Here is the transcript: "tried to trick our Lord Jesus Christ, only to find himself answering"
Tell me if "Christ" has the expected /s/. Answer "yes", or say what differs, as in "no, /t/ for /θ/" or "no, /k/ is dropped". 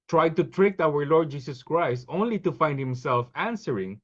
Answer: yes